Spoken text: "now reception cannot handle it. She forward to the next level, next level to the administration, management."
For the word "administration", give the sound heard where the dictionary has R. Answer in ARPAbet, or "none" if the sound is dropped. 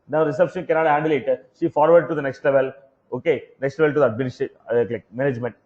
none